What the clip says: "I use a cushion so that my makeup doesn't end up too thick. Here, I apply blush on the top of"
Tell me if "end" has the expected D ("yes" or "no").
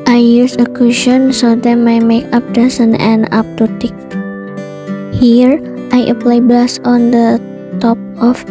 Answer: no